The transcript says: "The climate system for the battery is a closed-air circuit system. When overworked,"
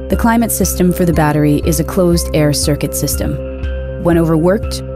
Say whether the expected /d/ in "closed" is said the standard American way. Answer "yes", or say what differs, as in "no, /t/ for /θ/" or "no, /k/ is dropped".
yes